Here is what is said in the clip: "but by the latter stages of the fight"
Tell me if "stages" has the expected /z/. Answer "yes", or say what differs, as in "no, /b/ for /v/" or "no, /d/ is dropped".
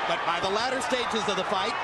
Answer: yes